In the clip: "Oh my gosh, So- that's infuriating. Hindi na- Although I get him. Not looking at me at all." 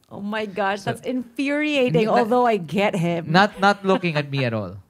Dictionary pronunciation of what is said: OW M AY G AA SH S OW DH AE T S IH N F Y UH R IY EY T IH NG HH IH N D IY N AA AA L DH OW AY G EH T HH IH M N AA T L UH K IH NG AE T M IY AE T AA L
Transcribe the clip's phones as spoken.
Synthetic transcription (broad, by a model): OW M AY G AA SH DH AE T S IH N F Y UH R IY EY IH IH D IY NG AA AA L DH OW AY G EH T HH IH M N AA T L UH K IH NG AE T M IY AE T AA L